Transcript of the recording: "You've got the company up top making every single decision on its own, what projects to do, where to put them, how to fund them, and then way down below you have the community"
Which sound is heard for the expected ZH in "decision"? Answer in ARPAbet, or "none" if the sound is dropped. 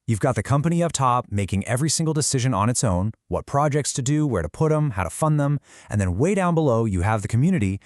ZH